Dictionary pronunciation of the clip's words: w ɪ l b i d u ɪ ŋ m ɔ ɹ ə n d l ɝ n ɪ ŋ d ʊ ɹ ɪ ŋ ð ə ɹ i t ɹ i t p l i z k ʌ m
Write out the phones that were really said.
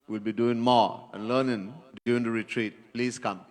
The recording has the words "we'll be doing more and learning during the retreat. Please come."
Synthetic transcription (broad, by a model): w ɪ l b i d u ɪ ŋ m ɔ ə n l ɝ n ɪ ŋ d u ɪ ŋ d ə ɹ i t ɹ i t p l i s k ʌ m